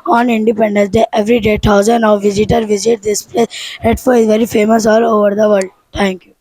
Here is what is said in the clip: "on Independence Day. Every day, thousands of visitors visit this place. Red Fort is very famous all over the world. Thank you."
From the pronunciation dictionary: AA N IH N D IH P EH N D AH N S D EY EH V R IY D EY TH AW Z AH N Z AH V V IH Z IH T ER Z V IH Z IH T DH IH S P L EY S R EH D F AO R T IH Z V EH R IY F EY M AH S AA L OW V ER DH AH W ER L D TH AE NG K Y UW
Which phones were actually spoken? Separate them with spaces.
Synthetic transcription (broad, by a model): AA N IH N D IH P EH N D AH N S D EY EH V R IY D EY T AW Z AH N AH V V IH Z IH T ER V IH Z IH T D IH S P L EY S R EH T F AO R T IH Z V EH R IY F EY M AH S AA L OW V ER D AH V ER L D T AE NG K Y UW